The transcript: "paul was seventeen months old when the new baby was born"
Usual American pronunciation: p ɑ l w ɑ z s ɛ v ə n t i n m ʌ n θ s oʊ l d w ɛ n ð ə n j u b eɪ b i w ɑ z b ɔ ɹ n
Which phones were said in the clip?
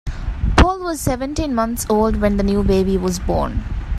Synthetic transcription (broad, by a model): p ɑ l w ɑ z s ɛ v ə n t i n m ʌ n t s oʊ l d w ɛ n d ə n j u b eɪ b i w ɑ z b ɔ ɹ n